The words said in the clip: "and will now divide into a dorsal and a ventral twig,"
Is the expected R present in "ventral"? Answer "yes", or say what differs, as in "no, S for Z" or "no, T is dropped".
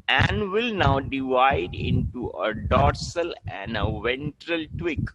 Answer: yes